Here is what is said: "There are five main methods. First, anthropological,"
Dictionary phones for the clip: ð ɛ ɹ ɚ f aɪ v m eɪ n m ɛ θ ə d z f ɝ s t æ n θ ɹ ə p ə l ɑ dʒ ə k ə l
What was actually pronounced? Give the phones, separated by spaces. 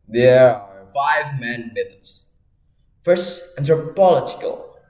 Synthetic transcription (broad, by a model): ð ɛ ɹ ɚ f aɪ v m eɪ n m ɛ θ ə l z f ɝ s t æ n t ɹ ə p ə l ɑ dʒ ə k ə l